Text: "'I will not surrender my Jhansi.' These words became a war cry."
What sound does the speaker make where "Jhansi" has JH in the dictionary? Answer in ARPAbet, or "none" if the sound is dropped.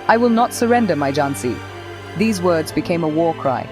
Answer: JH